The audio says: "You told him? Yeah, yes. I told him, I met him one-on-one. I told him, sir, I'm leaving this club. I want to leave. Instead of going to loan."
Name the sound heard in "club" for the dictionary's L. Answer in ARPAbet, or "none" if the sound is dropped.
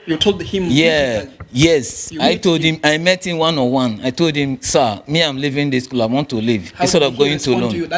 none